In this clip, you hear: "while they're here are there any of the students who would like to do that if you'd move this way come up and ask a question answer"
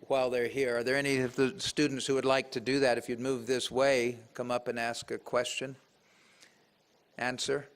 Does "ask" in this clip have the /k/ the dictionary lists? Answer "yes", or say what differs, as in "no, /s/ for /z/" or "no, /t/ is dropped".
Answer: yes